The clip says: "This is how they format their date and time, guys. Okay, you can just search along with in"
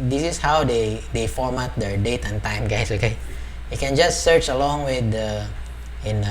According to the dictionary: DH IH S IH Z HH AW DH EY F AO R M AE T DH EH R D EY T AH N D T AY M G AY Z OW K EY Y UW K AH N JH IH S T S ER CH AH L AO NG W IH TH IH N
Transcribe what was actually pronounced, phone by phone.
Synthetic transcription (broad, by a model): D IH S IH S HH AW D EY F AO R M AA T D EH R D EY T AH N T AY M G AY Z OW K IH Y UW K AH N JH IH S T S ER CH AH L AO NG W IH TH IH N